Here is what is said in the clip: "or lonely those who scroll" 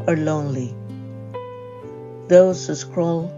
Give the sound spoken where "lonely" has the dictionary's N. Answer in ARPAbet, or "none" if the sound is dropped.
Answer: N